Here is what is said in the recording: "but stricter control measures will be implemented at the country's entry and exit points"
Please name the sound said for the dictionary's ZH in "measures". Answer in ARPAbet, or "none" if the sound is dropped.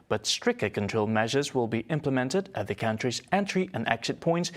ZH